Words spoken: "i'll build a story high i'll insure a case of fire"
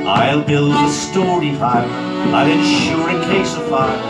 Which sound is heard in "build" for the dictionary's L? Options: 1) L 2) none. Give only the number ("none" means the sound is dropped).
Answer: 1